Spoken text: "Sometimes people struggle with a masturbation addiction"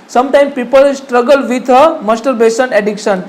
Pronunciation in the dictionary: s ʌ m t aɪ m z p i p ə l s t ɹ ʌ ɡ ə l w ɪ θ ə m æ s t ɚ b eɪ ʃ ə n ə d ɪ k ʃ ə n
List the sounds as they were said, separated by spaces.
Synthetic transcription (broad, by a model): s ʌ m t aɪ m p i p ə l s t ɹ ʌ ɡ ə l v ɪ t ə m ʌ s t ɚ b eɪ s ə n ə d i k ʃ ə n